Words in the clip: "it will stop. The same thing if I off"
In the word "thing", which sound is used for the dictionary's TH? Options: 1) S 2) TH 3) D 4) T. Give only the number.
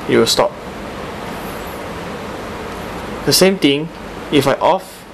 4